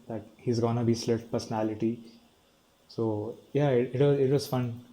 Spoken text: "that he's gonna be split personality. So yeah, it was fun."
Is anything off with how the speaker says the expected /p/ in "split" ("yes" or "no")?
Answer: yes